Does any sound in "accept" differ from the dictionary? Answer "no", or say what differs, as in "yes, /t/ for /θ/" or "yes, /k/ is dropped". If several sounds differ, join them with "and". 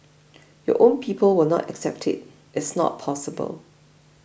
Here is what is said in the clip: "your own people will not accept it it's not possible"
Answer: no